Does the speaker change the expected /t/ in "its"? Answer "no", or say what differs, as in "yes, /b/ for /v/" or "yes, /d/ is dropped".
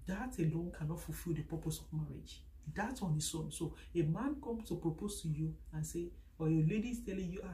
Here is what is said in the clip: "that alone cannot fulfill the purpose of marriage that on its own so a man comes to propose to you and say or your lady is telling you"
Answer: yes, /s/ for /t/